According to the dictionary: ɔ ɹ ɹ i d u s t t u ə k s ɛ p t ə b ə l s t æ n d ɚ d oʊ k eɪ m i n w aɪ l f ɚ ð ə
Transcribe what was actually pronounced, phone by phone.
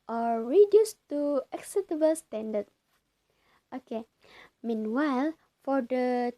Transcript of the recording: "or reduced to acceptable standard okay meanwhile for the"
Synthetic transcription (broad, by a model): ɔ ɹ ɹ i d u s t t u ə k s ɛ t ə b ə l s t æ n d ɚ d oʊ k eɪ m i n w aɪ l f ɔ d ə